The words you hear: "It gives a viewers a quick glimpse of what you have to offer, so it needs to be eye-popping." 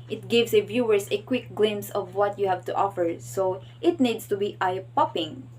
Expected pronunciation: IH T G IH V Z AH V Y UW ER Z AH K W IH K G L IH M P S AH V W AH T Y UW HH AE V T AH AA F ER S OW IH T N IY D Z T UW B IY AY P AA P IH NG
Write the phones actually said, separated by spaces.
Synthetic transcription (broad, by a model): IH T G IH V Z AH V Y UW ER S AH K W IH K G L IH M S AH V W AH T Y UW HH AE V T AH AA F ER S OW IH T N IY D S T UW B IY AY P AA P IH NG